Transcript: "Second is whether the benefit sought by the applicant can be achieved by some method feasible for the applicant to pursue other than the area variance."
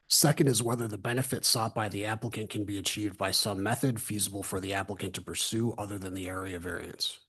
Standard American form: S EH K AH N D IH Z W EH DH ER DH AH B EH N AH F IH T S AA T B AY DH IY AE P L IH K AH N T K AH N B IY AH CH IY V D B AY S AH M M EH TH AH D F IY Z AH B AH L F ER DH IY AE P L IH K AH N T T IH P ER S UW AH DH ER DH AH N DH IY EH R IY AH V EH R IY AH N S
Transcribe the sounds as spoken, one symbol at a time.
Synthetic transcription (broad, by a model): S EH K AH N D IH Z W EH DH ER DH AH B EH N AH F IH T S AA T B AY DH IY AE P L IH K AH N K AH N B IY AH CH IY V D B AY S AH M M EH TH AH D F IY Z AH B L F ER DH IY AE P L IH K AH N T T IH P ER S UW AH DH ER DH AH N DH IY EH R IY AH V EH R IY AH N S